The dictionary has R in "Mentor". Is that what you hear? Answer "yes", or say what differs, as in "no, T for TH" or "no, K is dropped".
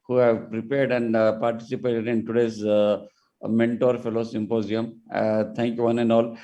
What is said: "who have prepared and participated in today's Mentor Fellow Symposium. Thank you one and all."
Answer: yes